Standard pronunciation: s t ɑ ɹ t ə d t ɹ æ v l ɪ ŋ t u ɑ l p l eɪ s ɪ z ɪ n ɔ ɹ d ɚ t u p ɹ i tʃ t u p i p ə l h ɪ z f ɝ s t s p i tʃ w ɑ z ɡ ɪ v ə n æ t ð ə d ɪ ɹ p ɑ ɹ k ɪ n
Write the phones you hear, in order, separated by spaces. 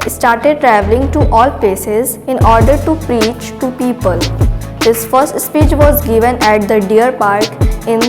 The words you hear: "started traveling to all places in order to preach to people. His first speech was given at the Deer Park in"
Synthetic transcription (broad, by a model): s t ɑ ɹ t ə d t ɹ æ v l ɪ ŋ t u ɑ l p l eɪ s ɪ z ɪ n ɔ ɹ d ɚ t u p ɹ i tʃ t u p i p ə l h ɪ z f ɝ s t s p i tʃ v ɑ z ɡ ɪ v ə n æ t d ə d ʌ ɹ p ɑ ɹ k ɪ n